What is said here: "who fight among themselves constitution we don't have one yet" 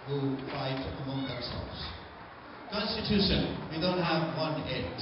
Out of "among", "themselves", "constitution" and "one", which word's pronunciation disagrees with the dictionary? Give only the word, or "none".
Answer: themselves